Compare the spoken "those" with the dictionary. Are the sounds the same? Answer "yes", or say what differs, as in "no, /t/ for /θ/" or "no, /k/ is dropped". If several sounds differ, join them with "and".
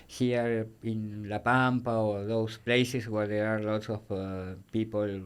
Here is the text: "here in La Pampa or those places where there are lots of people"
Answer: no, /s/ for /z/